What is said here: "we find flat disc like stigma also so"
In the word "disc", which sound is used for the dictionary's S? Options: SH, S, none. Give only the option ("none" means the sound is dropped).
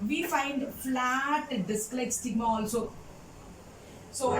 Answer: S